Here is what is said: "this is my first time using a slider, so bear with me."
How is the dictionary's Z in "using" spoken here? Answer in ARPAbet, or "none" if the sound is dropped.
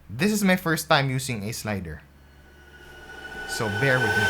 S